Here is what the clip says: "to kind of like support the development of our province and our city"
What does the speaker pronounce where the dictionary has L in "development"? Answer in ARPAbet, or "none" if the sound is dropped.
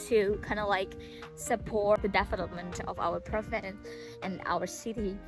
N